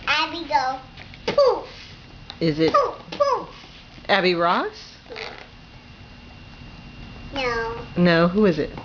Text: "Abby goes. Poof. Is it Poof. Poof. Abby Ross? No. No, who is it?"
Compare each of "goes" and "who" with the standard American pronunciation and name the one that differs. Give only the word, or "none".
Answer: goes